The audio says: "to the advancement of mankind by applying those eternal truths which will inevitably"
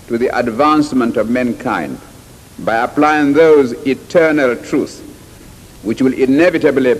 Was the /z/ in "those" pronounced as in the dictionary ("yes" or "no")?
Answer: yes